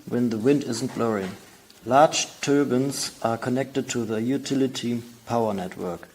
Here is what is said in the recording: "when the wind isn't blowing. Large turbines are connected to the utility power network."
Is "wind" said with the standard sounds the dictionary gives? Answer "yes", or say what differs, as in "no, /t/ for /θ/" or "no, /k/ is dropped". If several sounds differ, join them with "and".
yes